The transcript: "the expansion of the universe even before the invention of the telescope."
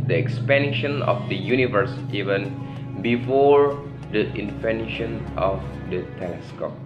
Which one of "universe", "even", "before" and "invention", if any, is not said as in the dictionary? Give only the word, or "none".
invention